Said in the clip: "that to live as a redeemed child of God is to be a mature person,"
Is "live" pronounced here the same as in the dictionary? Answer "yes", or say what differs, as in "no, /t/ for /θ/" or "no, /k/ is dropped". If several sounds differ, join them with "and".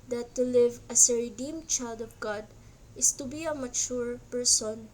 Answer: yes